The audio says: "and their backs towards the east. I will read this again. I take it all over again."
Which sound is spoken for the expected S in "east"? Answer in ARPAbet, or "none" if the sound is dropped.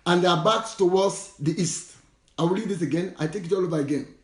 S